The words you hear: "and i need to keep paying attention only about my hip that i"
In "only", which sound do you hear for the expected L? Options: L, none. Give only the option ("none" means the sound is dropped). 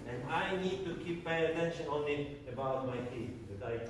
none